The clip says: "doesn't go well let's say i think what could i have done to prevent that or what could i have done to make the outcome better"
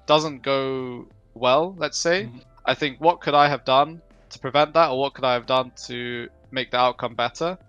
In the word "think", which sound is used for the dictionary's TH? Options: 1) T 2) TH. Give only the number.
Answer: 2